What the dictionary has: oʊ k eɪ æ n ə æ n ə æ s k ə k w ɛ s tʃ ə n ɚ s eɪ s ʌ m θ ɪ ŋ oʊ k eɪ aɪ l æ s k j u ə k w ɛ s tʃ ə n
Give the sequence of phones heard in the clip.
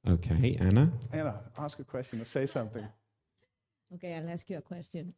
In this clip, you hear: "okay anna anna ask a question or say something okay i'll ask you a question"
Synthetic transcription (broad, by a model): oʊ k eɪ æ n ə æ n ə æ s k ə k w ɛ s tʃ ə n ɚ s eɪ s ʌ m θ ɪ ŋ oʊ k eɪ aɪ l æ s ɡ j ə k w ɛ s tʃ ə n